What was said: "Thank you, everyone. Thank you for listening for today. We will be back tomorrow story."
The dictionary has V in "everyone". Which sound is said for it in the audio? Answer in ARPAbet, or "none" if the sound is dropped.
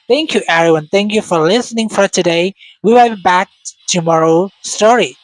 none